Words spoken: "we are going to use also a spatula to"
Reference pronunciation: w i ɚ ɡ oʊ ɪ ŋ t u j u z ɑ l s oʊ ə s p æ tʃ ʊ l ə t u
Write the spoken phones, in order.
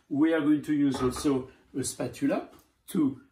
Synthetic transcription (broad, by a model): w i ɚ ɡ oʊ ɪ ŋ t u j u z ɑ s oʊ ə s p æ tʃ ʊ l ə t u